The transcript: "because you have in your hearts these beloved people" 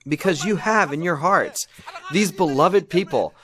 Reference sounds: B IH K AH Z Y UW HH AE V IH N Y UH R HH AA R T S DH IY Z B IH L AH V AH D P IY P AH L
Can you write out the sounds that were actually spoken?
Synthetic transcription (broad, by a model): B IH K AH Z Y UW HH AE V IH N Y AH R HH AA R T S DH IY Z B IH L AH V AH D P IY P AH L